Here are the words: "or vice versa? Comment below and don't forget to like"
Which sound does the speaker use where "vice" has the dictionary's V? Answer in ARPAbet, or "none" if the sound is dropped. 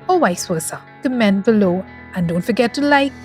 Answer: W